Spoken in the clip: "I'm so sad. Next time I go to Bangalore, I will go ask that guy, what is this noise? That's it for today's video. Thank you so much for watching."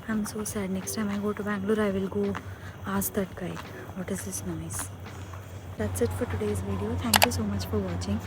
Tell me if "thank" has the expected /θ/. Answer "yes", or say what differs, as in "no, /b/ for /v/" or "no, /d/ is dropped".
no, /t/ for /θ/